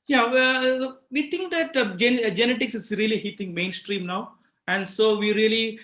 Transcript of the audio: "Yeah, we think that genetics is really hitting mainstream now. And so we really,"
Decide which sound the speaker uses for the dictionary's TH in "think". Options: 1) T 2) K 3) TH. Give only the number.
1